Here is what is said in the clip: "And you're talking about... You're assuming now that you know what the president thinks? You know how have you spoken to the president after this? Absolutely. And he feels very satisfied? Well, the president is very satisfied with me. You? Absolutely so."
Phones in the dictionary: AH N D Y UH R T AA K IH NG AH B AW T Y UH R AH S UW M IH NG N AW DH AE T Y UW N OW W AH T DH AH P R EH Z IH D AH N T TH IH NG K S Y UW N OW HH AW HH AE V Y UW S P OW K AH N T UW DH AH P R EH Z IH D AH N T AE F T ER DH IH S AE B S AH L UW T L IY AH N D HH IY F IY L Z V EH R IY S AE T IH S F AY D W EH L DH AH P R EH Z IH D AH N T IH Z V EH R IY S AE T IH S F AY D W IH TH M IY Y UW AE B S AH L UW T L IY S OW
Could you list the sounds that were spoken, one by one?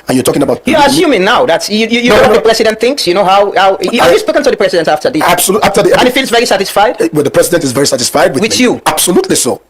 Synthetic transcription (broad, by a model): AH N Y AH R T AA K IH NG AH B AW T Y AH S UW M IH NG N AW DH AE T Y UW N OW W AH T DH AH P R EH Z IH D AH N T TH IH NG K S Y UW N OW HH AW HH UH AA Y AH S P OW K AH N T UW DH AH P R EH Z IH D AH N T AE F T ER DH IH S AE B S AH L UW T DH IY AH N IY F IY L Z V EH R IY S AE T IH S F AY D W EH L DH AH P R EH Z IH D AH N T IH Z V EH R IY S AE T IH S F AY D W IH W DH Y UW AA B S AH L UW T L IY S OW